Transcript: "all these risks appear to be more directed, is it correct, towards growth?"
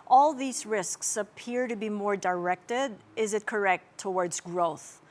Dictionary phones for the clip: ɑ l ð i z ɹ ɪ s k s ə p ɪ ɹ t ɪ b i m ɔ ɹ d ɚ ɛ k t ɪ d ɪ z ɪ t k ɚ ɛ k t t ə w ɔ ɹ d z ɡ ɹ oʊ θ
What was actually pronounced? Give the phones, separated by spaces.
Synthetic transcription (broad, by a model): ɑ l ð i z ɹ ɪ s k s ə p ɪ ɹ t ɪ b i m ɔ ɹ d ɚ ɛ k t ɪ d ɪ z ɪ t k ɚ ɛ k t t ə w ɔ ɹ d z ɡ ɹ oʊ θ